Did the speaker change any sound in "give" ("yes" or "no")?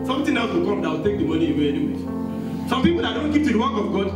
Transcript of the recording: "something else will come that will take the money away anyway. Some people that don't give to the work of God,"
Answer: yes